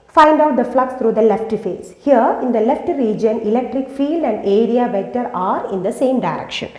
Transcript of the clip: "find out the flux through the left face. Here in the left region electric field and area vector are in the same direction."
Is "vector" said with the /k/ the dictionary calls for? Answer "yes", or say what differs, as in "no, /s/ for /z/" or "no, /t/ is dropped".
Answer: no, /k/ is dropped